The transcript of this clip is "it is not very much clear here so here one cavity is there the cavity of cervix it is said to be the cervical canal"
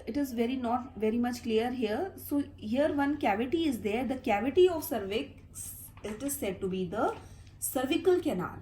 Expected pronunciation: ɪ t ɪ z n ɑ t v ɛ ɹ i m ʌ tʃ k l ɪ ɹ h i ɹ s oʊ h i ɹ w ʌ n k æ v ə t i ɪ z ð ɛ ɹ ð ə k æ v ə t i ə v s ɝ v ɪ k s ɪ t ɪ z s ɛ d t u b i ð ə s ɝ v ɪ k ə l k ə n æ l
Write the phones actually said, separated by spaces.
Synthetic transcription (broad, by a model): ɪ t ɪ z n ɑ t v ɛ ɹ i m ʌ tʃ k l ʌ ɹ h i ɹ s oʊ h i ɹ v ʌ n k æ v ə t i ɪ z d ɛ ɹ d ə k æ v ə t i ə v s ɝ v ɪ k s ɪ t ɪ z s ɛ d t u b i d ə s ɝ v ɪ k ə l k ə n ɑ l